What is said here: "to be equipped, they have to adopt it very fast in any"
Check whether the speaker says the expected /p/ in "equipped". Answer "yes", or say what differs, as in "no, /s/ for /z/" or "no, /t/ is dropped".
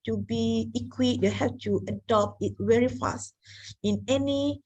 no, /p/ is dropped